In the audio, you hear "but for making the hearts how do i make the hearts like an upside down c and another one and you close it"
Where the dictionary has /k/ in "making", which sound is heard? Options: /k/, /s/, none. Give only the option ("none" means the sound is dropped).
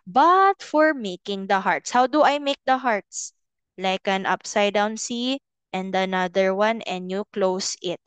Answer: /k/